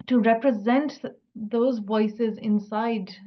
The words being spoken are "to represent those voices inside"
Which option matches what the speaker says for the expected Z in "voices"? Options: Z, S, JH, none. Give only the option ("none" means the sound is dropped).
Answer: Z